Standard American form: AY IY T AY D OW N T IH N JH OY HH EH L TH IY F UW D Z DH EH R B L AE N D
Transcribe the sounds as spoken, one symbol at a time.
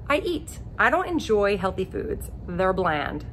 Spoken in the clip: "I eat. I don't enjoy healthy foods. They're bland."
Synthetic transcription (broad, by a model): AY IY T AY D OW N T IH N JH OY HH EH L TH IY F UW D Z DH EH R B L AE N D